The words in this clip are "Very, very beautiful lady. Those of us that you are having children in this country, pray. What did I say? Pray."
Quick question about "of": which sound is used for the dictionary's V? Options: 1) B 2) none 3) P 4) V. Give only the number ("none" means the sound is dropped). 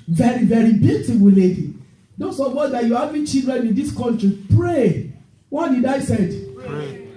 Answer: 3